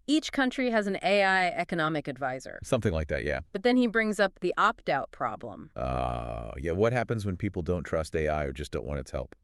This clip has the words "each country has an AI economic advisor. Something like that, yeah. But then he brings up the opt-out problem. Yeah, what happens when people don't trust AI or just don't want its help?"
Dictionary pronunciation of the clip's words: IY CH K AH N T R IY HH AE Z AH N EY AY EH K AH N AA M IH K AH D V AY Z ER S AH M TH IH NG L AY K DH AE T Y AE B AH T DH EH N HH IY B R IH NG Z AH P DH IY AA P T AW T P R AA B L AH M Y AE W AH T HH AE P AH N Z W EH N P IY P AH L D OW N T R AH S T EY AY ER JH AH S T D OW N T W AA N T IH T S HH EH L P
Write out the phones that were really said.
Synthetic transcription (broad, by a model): IY CH K AH N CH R IY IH Z N EY AY EH K AH N AA M IH K AH D V AY Z ER S AH M TH IH NG L AY K DH AE T Y AE B AH T DH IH N IY B R IH NG Z AH P DH IY AA P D AW T P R AA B L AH M Y AE W AH T HH AE P AH N Z W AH N P IY P L D OW N T R AH S T EY AY ER JH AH S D OW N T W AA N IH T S HH EH L P